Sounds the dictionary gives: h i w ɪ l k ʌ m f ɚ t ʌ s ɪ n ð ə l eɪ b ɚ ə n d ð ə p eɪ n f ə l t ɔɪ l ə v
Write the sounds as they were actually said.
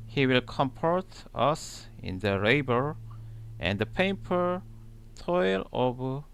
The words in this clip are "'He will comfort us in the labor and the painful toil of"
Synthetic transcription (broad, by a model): h i w ɪ l k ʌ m p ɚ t ʌ s ɪ n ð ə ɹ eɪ b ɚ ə n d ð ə p eɪ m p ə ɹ t ɔɪ l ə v